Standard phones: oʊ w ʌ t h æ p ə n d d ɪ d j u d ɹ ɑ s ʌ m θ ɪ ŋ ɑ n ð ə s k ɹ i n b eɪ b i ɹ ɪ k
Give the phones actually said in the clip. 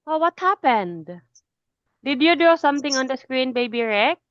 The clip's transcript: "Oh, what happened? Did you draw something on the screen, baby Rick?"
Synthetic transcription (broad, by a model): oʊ w ʌ t h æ p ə n d d ɪ d j u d u s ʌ m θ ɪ ŋ ɑ n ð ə s k ɹ i n b eɪ b i ɹ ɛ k